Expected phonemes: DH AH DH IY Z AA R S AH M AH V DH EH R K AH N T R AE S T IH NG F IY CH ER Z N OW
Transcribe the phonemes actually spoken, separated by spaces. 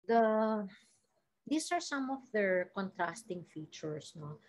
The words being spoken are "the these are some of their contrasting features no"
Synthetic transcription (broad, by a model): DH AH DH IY S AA R S AH M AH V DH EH R K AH N T R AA S T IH NG F IY CH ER S N OW